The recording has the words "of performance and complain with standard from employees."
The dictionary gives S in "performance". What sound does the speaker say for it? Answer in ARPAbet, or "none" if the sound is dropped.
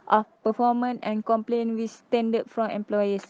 none